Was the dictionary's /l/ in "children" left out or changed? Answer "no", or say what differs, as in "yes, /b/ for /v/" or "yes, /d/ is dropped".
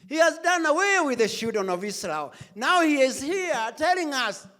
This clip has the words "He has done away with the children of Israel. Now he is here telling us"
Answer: yes, /l/ is dropped